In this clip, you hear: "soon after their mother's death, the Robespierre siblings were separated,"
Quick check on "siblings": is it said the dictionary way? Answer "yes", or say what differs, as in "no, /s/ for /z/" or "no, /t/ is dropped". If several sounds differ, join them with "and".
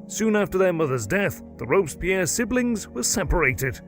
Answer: yes